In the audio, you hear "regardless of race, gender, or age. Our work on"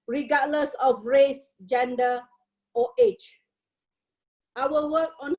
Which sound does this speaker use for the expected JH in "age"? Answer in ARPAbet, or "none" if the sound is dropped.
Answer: CH